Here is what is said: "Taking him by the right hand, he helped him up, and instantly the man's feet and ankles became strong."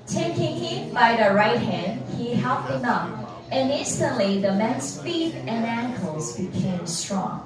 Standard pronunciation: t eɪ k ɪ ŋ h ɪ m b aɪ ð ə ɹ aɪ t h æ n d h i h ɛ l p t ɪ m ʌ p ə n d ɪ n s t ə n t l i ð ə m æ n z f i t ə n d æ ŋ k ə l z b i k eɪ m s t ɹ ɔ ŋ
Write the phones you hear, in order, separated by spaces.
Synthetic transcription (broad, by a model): t eɪ k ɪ ŋ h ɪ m b aɪ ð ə ɹ aɪ t h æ n d h i h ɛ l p ɪ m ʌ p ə n ɪ n s t ə n t l i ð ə m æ n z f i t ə n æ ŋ k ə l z b i k eɪ m s t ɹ ɔ ŋ